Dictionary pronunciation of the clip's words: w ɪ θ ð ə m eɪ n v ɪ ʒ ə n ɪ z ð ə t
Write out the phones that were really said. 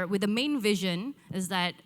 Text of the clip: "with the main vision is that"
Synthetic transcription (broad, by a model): w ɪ ð ə m eɪ n v ɪ ʒ ə n ɪ z ð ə t